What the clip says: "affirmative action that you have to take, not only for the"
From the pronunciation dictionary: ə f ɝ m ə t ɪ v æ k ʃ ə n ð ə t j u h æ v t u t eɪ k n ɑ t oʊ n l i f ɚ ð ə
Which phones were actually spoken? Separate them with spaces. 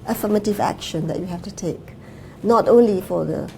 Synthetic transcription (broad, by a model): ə f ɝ m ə t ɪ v æ k ʃ ə n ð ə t j u h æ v t u t eɪ k n ɑ t oʊ n l i f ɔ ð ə